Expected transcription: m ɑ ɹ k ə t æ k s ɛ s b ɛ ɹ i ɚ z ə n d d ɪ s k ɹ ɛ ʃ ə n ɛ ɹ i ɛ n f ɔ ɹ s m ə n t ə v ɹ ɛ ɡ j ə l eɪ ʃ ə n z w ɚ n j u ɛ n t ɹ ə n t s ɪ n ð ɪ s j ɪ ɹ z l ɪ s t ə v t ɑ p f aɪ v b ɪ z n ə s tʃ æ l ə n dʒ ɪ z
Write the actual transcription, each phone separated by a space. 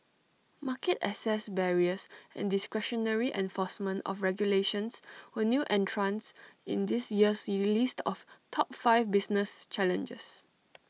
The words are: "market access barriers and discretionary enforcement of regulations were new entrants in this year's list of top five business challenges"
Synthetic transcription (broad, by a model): m ɑ k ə t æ s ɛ s b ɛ ɹ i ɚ s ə n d d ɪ s k ɹ ɛ ʃ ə n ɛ ɹ i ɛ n f ɔ s m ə n t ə f ɹ ɛ ɡ j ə l eɪ ʃ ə n s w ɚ n j u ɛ n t ɹ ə n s ɪ n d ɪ s j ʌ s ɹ l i s t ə f t ɑ p f aɪ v b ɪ s n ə s tʃ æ l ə n dʒ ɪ s